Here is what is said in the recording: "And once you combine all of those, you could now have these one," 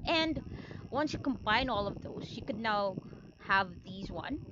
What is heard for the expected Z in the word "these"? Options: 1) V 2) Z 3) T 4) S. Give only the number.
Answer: 2